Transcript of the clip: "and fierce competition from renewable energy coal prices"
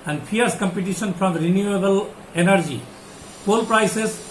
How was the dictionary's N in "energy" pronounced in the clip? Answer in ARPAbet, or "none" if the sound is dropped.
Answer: N